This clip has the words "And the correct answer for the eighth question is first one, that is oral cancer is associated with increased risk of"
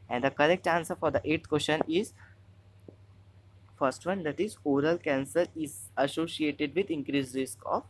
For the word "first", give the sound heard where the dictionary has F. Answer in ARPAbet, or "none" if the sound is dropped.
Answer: F